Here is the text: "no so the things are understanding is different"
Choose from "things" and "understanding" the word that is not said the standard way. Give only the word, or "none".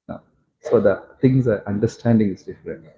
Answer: things